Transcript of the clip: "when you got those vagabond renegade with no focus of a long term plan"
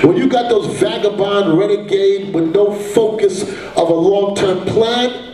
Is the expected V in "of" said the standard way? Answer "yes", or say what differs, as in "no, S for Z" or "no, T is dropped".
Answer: yes